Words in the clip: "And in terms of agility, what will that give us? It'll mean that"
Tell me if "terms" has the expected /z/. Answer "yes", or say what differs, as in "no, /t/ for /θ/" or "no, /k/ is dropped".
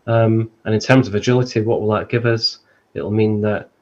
yes